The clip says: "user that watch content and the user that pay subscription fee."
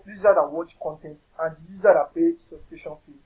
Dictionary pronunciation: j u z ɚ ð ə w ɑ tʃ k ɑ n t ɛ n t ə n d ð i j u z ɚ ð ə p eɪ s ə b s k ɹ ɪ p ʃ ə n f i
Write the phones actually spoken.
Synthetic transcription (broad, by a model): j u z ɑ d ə w ɑ tʃ k ɑ n t ɛ n t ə n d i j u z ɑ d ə p eɪ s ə s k i ʃ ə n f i